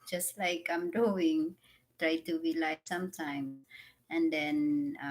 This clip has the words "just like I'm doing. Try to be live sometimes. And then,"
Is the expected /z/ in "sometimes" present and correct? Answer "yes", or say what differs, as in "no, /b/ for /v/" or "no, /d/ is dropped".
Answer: no, /z/ is dropped